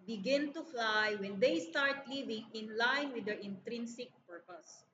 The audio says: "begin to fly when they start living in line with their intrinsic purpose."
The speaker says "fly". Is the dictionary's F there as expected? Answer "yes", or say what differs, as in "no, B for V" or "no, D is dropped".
yes